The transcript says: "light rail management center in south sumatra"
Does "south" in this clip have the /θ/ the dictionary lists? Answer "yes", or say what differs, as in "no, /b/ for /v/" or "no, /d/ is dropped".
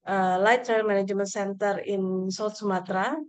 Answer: no, /t/ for /θ/